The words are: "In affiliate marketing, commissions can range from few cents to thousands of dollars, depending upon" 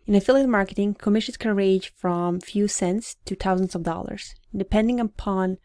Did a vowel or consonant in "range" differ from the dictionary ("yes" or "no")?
yes